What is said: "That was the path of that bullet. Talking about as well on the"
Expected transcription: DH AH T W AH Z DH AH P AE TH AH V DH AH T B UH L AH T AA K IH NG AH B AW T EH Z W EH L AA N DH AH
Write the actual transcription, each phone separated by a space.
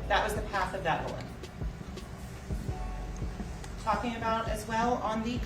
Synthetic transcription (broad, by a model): DH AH T W AH Z DH AH P AE TH AH V DH AH T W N T AA K IH NG AH B AW T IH Z W EH L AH N DH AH